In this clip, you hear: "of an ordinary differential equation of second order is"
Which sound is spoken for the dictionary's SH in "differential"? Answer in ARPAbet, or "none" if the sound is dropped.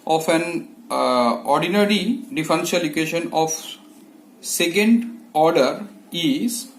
S